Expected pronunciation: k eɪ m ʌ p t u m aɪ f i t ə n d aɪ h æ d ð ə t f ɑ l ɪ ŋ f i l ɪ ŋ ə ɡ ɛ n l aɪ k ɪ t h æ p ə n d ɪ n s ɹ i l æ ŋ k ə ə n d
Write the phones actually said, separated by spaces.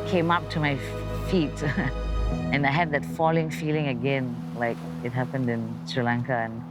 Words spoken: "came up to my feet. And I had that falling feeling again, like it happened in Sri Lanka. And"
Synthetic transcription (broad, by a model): k eɪ m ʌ p t u m aɪ f i t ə n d aɪ h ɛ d ð ə t f ɑ l ɪ ŋ f i l ɪ ŋ ə ɡ ɛ n l aɪ k ɪ t h æ p ə n d ɪ n s ɹ i l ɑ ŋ k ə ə n